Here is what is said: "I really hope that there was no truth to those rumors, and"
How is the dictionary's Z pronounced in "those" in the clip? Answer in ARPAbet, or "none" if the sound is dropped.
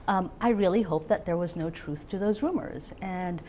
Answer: Z